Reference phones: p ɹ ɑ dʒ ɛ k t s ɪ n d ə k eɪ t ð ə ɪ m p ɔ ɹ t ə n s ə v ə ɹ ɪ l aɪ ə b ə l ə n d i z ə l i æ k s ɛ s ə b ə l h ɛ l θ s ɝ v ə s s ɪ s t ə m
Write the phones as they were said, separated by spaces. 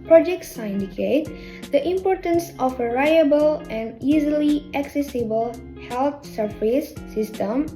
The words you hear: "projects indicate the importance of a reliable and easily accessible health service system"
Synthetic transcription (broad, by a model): p ɹ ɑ dʒ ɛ k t s ɪ n d ə k eɪ t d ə ɪ m p ɔ ɹ t ə n s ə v ə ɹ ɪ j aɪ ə b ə l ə n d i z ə l i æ k s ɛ s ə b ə l h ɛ l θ s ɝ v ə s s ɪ s t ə m